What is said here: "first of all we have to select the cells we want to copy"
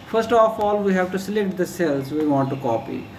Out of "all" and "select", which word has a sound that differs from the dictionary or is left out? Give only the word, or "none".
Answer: none